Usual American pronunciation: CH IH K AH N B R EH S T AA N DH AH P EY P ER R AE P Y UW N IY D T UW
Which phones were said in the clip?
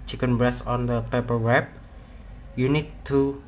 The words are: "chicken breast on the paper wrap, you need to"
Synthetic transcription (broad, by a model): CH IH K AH N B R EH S AA N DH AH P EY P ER W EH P Y UW N IY D T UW